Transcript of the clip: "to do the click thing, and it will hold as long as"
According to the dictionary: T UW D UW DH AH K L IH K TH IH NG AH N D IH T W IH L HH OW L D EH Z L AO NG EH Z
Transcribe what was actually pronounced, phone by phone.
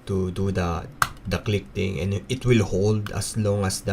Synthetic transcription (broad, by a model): T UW D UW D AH K L IH K T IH NG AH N IH T W IH L HH OW L D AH S L AO NG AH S